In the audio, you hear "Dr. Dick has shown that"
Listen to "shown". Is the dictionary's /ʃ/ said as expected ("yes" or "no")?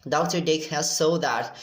no